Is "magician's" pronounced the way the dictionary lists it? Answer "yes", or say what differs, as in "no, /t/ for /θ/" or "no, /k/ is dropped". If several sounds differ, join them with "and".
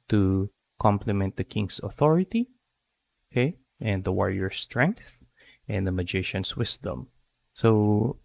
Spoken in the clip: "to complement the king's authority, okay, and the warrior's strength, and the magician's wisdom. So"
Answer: no, /s/ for /z/